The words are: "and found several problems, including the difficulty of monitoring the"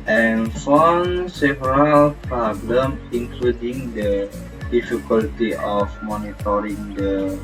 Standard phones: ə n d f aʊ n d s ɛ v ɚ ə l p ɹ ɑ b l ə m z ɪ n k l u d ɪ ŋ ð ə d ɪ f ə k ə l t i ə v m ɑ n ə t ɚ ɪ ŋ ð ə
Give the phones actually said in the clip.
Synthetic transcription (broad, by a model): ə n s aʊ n s ɛ v ɚ ə l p ɹ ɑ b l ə m ɪ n k l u d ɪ ŋ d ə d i f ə k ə l t i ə f m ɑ n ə t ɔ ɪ ŋ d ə